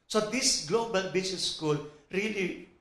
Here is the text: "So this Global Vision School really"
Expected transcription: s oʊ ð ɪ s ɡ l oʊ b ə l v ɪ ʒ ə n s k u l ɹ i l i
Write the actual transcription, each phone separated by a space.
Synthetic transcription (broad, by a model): s oʊ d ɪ s ɡ l oʊ b ə l b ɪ s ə s k u l ɹ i l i